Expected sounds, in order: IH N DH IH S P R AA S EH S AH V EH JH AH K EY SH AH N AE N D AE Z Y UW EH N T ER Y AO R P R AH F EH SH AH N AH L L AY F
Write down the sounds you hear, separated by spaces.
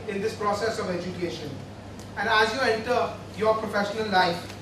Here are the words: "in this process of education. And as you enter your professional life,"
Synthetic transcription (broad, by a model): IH N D IH S P R AA S EH S AH V EH JH AH K EY SH AH N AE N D AE Z Y UW EH N T ER Y AO R P R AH F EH SH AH N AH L L AY F